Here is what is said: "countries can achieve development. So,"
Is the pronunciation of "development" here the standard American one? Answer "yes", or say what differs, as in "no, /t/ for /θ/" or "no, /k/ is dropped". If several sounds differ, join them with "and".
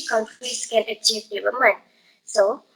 no, /p/ is dropped